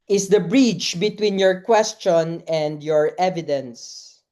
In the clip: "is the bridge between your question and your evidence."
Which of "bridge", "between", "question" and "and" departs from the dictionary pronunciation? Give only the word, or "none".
bridge